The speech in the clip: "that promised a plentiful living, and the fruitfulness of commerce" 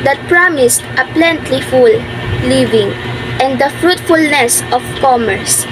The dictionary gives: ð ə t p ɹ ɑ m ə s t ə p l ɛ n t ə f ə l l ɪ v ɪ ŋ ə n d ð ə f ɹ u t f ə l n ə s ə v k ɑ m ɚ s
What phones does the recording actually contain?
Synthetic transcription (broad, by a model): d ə t p ɹ ɑ m ə s t ə p l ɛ n t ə f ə l l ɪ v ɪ ŋ ə n d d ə f ɹ u t f ə l n ə s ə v k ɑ m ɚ s